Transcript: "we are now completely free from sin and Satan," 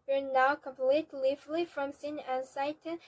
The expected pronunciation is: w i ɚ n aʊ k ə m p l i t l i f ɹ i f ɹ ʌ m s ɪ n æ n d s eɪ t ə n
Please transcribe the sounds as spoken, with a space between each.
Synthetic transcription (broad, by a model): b ɚ n aʊ k ə m p l i t l i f l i f ɹ ʌ m s ɪ n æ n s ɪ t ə